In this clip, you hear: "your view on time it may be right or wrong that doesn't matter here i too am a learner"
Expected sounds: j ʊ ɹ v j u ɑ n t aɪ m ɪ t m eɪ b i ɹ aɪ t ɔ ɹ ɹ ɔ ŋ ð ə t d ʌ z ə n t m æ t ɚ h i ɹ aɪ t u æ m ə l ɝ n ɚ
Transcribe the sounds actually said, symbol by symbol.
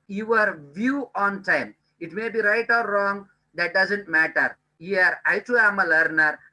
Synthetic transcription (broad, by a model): j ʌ ɹ v j u ɑ n t aɪ m ɪ t m eɪ b i ɹ aɪ t ɔ ɹ ɹ ɔ ŋ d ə t d ʌ z ə n t m æ t ɚ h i ɹ aɪ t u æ m ə l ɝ n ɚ